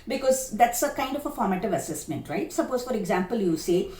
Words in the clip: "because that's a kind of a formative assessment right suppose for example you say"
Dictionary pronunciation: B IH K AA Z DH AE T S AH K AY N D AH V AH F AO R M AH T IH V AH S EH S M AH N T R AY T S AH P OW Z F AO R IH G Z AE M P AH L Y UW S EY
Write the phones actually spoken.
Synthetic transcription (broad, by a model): B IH K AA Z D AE T S AH K AY N D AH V AH F AO R M AH T IH V AH S EH S M AH N T R AY T S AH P OW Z F AO R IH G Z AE M P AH L Y UW S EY